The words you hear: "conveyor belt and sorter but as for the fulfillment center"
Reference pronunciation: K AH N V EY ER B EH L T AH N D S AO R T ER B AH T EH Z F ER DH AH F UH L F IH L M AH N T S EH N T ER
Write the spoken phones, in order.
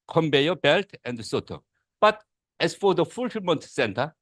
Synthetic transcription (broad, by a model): K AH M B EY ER B EH L T AH N D S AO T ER B AH T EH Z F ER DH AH F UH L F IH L M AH N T S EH N T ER